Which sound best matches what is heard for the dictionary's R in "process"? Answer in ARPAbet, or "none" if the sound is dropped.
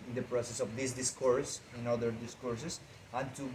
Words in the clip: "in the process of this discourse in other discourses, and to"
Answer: R